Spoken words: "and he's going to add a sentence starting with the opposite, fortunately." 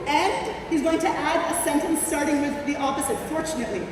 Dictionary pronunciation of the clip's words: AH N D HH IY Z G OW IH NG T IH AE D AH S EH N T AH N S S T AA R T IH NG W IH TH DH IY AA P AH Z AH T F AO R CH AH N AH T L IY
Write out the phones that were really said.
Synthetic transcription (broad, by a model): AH N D HH IY Z G OW IH NG T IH AE D AH S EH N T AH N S S T AA R T IH NG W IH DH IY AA P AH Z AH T F AO R CH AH N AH T L IY